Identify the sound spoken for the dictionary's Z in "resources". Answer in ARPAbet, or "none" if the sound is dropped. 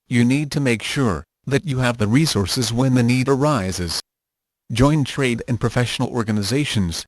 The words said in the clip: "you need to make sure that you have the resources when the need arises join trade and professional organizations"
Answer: Z